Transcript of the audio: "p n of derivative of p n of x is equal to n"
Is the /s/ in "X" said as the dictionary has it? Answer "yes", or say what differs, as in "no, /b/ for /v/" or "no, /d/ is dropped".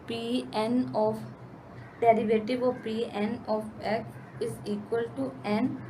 no, /s/ is dropped